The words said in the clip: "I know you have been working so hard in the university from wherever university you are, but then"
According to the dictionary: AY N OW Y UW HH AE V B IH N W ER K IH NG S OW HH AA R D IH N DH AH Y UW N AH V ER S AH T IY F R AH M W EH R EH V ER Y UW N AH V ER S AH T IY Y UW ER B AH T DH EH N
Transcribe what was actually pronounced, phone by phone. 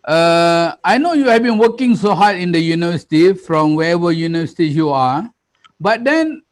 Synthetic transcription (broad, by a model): AY N OW Y UW HH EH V B IH N W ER K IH NG S OW HH AA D IH N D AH Y UW N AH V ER S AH T IY F R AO M W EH EH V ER Y UW N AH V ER S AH T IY Y UW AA B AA T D EH N